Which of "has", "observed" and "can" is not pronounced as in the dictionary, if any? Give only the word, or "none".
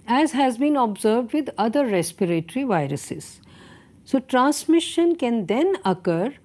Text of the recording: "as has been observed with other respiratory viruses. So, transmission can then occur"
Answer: none